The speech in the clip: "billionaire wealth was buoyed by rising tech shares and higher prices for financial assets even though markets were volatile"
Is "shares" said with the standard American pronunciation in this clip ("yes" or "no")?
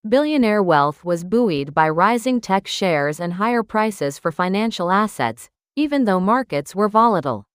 yes